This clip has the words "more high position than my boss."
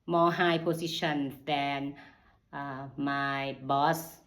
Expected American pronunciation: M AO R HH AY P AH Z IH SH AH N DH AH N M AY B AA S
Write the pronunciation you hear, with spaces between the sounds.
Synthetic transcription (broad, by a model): M AO HH AY P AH S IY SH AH N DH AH N M AY B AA S